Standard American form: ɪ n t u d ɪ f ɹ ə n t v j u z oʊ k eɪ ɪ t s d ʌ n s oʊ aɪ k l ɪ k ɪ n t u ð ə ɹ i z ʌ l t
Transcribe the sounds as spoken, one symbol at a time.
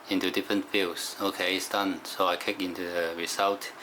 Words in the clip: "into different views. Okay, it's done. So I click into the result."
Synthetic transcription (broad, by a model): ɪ n t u d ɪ f ɹ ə n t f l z oʊ k eɪ ɪ t s d ʌ n s oʊ aɪ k ɪ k ɪ n t u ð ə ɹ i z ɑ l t